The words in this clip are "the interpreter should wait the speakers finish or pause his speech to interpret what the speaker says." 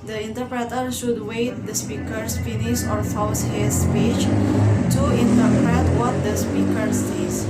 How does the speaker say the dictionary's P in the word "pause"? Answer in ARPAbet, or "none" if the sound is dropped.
F